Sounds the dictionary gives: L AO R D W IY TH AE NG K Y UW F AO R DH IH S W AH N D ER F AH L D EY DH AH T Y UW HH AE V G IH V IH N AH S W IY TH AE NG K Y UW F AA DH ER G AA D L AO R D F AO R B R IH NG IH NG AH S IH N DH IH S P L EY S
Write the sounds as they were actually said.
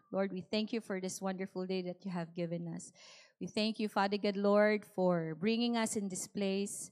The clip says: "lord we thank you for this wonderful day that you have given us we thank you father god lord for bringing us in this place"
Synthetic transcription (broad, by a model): L AO R D W IY TH AE NG K Y UW F AO R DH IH S W AH N D ER F AH L D EY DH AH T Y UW HH AE V G IH V IH N AH S W IY TH AE NG K Y UW F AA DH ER G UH D L AO R D F AO R B R IH NG IH NG AH S IH N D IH S P L EY S